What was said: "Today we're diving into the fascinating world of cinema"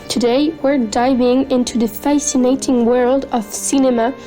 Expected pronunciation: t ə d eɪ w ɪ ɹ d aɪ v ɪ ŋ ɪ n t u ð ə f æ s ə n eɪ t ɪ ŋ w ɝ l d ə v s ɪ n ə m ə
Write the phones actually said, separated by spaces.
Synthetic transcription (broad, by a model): t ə d eɪ w ɪ ɹ d aɪ v ɪ ŋ ɪ n t u ð ə f æ s ə n eɪ t ɪ ŋ w ɝ l d ə v s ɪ n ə m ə